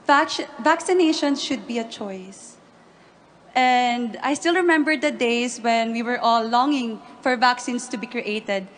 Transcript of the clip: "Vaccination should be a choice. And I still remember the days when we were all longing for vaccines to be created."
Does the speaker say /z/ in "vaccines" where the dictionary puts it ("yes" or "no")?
no